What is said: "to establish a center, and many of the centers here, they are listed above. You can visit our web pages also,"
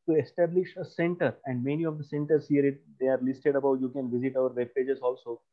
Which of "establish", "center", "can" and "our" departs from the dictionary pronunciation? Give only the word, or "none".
none